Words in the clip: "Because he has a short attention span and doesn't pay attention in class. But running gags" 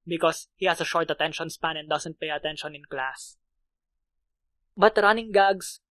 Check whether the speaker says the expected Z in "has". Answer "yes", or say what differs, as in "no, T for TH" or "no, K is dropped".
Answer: no, S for Z